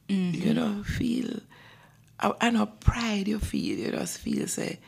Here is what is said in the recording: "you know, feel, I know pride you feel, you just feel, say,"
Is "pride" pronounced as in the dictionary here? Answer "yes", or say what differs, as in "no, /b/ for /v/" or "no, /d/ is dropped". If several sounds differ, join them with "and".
yes